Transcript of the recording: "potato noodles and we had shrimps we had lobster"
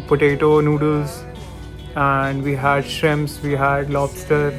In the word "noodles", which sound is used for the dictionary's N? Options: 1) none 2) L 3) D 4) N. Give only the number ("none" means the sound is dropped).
4